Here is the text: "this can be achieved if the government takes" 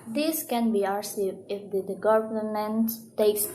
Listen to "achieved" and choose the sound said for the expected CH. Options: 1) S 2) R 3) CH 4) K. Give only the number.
1